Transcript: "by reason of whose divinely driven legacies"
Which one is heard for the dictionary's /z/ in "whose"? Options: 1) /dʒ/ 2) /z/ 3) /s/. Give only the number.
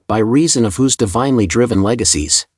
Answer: 2